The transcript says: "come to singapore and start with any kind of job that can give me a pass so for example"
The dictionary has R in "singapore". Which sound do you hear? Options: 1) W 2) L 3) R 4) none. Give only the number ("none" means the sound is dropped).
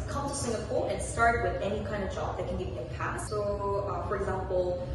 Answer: 2